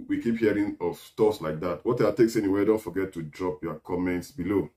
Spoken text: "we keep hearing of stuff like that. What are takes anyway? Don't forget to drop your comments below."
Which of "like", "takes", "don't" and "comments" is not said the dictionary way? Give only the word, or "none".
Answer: none